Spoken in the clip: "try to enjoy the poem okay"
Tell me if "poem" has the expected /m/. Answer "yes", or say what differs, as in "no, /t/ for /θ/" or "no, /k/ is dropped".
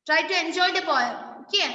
no, /m/ is dropped